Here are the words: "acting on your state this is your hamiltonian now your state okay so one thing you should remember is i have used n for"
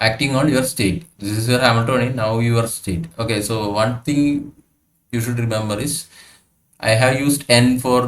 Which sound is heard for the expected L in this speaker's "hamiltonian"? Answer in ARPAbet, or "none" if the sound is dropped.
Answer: none